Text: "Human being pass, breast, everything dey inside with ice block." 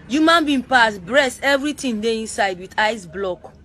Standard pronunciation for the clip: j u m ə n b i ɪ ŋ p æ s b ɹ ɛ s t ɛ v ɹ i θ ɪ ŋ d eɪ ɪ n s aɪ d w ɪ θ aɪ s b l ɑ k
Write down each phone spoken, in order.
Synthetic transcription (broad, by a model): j u m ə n b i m p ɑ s b ɹ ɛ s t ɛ v ɹ i t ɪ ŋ d eɪ ɪ n s aɪ d w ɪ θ aɪ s b l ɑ k